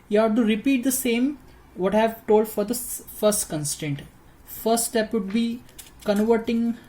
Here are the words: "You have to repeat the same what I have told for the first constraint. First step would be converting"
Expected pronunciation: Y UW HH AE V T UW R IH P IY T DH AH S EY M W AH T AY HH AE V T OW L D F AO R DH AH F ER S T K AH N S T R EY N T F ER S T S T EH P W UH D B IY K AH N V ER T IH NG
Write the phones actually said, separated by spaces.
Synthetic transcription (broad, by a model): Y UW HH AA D T UW R IH P IY T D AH S EY M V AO T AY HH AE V T OW L D F AO R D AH F ER S T K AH N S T EY N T F ER S T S T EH P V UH D B IY K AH N V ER T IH NG